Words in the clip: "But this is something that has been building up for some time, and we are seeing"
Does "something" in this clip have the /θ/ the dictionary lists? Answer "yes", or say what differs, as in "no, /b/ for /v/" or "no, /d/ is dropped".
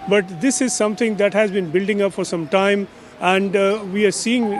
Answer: no, /t/ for /θ/